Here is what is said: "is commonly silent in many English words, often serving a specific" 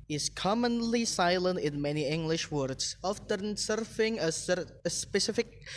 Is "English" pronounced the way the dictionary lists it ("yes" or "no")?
yes